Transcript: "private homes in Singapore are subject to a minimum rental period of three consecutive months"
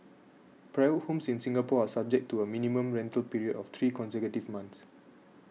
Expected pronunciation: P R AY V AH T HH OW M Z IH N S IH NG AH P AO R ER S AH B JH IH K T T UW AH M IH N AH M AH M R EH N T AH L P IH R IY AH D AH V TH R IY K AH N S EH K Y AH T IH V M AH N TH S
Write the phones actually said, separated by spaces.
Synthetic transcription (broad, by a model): P R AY AH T HH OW M S IH N S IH NG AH P AO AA S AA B JH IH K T T UW AH M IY N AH M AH M R EH N T AH L P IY R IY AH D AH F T R IY K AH N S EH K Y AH T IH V M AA N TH S